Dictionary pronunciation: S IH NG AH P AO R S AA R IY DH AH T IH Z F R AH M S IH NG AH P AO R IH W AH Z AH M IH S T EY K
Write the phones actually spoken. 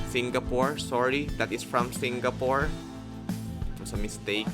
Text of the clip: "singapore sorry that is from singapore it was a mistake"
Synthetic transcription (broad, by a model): S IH NG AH P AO R S AA R IY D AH T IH S F R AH M S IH NG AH P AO R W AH S AH M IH S T EY K